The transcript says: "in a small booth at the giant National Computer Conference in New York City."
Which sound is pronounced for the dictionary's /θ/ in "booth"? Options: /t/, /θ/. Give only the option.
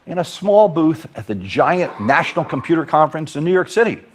/θ/